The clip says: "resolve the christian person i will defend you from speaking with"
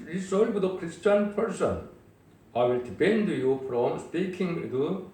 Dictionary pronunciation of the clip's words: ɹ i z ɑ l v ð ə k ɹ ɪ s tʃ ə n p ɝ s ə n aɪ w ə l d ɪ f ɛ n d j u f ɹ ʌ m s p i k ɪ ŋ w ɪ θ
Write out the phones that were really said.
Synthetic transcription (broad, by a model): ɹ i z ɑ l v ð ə k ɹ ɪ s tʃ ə n p ɝ s ə n aɪ w ə l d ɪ p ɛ n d j u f ɹ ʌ m s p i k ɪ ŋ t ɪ